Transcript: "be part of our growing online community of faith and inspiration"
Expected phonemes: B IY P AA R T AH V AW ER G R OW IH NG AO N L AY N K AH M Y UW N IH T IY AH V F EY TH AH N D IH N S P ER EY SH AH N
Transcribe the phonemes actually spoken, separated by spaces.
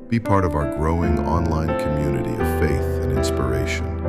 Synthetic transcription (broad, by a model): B IY P AA R T AH V AW ER G R OW IH NG AO N L AY N K AH M Y UW N IH T IY AH V F EY TH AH N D IH N S P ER EY SH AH N